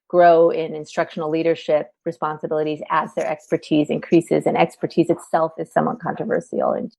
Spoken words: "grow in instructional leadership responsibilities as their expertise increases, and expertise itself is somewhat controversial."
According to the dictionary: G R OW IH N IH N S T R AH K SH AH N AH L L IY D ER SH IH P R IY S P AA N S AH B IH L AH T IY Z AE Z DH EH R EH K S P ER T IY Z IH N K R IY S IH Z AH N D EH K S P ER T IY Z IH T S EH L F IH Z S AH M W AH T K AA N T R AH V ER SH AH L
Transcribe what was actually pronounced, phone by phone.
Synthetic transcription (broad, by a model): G R OW IH N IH N S T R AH K SH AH N L L IY D ER SH IH P R IY S P AA N S AH B IH L AH T IY Z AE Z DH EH R EH K S P ER T IY Z IH N K R IY S IH Z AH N EH K S P ER T IY Z IH T S EH L F IH Z S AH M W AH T K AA N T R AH V ER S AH L